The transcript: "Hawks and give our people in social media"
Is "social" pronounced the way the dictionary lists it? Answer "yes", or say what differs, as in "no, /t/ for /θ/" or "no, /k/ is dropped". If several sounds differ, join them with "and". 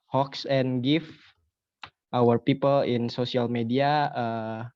no, /s/ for /ʃ/